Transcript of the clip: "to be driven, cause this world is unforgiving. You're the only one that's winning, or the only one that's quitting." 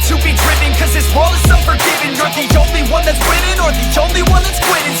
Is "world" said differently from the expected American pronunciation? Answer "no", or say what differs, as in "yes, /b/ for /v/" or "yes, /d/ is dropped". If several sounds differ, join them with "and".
yes, /d/ is dropped